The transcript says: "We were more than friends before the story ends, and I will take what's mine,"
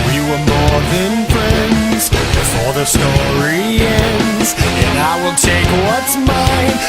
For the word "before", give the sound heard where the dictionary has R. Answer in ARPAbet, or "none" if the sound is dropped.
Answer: L